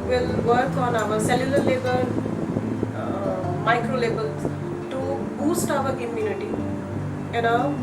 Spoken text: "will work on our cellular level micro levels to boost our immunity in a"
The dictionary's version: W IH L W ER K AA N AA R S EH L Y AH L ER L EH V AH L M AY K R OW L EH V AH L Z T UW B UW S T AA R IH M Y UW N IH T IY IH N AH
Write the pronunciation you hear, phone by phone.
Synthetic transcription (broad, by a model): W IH L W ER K AA N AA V S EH L Y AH L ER L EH B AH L M AY K R OW L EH B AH L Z T UW B UW S T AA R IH M Y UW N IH T IY IH N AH